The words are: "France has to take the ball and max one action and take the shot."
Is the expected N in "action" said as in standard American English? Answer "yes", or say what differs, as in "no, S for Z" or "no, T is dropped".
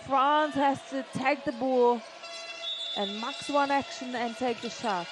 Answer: yes